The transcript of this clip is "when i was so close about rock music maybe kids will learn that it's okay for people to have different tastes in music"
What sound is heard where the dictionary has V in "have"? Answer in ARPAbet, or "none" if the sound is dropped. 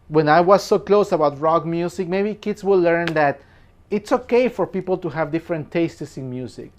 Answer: V